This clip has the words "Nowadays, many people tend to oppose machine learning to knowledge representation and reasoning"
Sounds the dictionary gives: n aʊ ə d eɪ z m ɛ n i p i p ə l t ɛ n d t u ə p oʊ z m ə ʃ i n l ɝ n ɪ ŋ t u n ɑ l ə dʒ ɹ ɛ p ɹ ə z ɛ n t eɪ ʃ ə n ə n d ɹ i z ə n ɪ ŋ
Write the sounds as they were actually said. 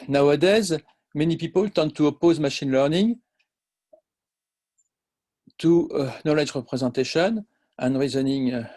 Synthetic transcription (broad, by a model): n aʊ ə d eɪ z m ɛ n i p i p ə l t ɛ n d t u ə p oʊ z m ə ʃ i n l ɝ n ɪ ŋ t u n ɑ l ə dʒ ɹ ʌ p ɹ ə z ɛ t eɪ ʃ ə n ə n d ɹ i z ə n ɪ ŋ